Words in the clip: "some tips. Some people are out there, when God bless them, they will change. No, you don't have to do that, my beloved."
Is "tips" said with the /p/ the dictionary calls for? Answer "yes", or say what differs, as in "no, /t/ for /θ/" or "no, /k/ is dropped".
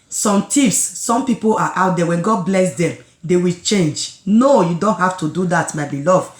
no, /f/ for /p/